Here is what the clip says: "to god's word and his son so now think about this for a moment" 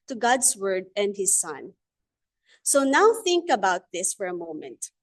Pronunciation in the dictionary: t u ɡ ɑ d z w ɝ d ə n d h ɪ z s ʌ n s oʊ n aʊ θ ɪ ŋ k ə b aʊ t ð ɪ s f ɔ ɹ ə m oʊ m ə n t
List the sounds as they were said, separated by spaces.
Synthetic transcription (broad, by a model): t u ɡ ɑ d s w ɝ d ə n d h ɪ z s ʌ n s oʊ n aʊ θ ɪ ŋ k ə b aʊ t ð ɪ s f ɔ ɹ ə m oʊ m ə n t